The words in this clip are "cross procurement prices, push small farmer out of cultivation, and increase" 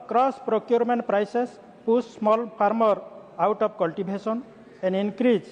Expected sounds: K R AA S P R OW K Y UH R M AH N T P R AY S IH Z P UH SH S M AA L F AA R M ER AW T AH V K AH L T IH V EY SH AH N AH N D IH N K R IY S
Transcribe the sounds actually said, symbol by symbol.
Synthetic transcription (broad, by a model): K R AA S P R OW K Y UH R M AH N T P R AY S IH S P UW S M AA L P AA R M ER AW T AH P K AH L T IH B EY S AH N AH N D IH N K R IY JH